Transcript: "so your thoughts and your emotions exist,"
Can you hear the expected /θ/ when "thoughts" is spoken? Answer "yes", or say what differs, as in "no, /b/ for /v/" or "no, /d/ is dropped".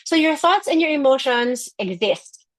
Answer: yes